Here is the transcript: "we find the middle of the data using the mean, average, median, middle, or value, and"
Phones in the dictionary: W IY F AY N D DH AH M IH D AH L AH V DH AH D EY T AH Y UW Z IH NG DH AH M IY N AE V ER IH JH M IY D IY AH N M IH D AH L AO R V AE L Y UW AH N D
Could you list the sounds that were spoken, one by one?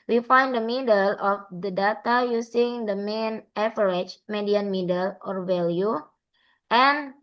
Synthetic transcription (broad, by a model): W IY F AY N D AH M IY D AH L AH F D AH D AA T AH Y UW S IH NG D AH M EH N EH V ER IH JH M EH D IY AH N M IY D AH L AO R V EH L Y UW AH N